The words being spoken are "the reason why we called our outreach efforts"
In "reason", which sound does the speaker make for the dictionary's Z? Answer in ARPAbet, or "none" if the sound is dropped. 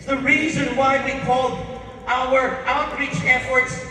Z